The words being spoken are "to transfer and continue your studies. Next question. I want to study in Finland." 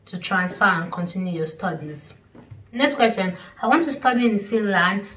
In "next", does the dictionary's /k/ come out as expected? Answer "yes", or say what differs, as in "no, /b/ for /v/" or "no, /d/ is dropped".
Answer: yes